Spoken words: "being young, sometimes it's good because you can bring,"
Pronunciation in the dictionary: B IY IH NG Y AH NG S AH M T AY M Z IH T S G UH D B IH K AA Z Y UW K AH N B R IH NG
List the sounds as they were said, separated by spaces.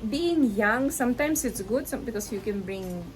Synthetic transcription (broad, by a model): B IY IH NG Y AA NG S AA M T AY M S IH T S G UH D B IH K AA S Y UW K AH N B R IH NG